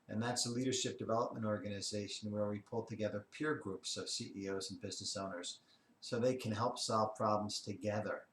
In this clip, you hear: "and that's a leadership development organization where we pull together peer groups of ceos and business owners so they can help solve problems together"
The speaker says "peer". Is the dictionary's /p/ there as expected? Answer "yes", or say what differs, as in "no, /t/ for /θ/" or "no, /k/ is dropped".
yes